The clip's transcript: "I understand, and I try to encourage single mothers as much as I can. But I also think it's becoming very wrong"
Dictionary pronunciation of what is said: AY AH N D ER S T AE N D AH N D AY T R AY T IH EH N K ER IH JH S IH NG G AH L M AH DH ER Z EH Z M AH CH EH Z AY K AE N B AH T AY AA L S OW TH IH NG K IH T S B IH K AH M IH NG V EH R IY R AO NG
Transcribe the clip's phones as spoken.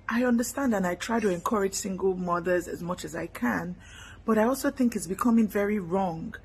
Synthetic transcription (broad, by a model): AY AH N D ER S T AE N D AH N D AY T R AY T IH EH N K ER IH JH S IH NG G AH L M AH DH ER Z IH Z M AH CH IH Z AY K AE N B AH T AY AA L S OW TH IH NG K IH T S B IH K AH M IH NG V EH R IY R AO NG